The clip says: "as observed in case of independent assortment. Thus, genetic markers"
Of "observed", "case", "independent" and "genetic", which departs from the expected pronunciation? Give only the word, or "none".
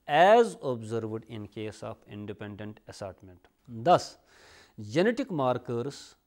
none